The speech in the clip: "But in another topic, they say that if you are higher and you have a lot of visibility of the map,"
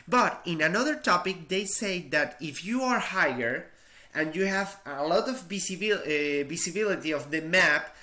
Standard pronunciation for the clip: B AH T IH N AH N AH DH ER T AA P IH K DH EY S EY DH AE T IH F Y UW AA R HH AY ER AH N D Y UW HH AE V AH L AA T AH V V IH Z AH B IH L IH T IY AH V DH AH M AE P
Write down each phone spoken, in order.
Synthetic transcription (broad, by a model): B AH T IH N AH N AH DH ER T AA P IH K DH EY S EY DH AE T IH F Y UW AA R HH AY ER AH N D Y UW HH AE V AH L AA T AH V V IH S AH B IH L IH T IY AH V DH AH M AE P